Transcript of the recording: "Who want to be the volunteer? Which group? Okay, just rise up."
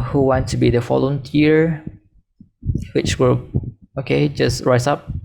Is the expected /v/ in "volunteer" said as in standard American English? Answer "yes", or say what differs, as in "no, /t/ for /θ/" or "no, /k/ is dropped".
no, /f/ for /v/